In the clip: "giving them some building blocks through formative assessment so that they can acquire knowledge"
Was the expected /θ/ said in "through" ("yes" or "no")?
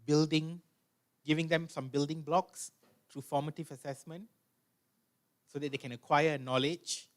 no